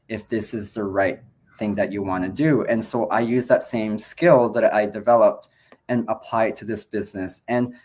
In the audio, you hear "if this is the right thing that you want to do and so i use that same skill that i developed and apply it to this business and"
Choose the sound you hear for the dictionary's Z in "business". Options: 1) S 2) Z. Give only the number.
2